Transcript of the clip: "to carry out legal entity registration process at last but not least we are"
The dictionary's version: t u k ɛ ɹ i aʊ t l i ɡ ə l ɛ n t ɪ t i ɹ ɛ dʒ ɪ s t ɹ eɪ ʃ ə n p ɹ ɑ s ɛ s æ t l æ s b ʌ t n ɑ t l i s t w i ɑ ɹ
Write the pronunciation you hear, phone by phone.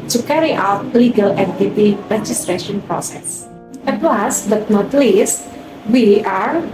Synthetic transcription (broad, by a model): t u k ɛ ɹ i aʊ t l i ɡ ə l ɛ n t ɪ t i ɹ ɛ dʒ ɪ s t ɹ eɪ ʃ ə n p ɹ ɑ s ɛ s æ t w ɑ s b ʌ t n ɑ t l i s t w i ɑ ɹ